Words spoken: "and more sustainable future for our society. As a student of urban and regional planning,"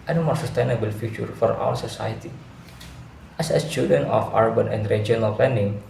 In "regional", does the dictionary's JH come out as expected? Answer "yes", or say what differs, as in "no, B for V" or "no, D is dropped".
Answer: no, JH is dropped